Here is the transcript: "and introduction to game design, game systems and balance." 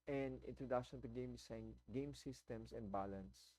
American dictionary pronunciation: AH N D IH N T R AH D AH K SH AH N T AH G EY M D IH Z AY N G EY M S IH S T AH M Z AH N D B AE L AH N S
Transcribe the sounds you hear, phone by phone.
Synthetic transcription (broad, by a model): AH N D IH N T R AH D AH K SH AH N T AH G EY M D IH S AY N G EY M S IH S T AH M S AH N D B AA L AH N S